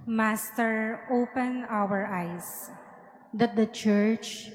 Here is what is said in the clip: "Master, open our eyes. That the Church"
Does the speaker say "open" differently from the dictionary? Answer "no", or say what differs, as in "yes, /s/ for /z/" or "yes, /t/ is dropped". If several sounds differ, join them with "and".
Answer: no